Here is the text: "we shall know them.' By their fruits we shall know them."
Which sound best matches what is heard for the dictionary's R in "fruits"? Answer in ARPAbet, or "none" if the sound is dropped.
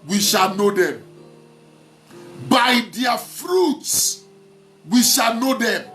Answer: R